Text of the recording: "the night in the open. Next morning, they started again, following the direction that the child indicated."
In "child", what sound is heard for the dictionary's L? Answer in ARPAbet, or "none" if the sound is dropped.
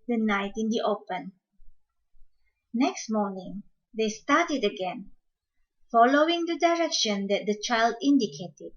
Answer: L